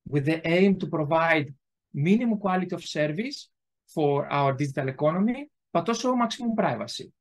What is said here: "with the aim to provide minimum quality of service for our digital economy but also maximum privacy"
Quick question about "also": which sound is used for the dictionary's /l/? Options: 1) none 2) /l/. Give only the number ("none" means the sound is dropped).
1